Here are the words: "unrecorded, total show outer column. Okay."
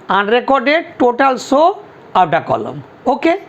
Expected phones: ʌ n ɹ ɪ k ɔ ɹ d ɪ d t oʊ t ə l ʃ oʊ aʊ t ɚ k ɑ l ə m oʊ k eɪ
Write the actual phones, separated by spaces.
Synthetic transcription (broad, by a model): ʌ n ɹ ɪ k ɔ ɹ d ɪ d t oʊ t ə l s oʊ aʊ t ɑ k ɑ l ə m oʊ k eɪ